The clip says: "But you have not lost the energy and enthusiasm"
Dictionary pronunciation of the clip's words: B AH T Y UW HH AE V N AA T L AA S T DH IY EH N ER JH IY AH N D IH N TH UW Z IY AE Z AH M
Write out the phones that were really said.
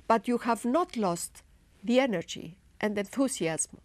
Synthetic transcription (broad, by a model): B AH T Y UW HH AE V N AA T L AA S T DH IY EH N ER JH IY AH N D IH N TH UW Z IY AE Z M